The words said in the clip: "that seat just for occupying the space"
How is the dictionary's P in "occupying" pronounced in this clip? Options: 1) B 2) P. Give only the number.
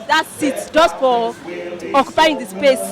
2